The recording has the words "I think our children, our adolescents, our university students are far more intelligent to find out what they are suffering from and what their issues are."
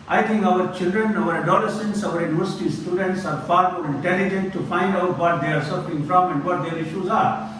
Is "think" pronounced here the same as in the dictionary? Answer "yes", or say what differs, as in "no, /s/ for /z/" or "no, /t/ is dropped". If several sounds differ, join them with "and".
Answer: no, /t/ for /θ/